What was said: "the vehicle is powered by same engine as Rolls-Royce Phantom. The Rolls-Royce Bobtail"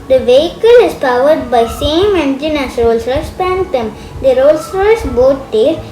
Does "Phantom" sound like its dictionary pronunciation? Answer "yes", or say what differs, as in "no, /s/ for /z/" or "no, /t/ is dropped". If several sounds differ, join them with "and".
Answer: no, /p/ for /f/